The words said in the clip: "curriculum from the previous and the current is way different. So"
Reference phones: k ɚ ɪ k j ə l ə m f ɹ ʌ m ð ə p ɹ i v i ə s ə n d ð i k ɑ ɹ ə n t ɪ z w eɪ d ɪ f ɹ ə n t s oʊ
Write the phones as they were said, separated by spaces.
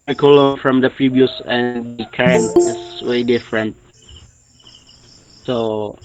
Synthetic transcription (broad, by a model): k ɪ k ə l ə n f ɹ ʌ m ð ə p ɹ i b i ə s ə n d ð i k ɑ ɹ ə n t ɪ s w eɪ d ɪ f ɹ ə n t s oʊ